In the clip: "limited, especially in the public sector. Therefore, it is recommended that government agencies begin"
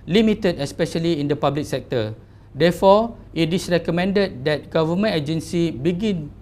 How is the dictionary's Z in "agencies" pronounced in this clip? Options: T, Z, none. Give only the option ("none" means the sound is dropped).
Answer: none